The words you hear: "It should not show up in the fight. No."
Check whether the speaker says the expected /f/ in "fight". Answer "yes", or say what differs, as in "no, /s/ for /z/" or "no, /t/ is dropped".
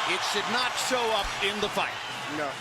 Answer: yes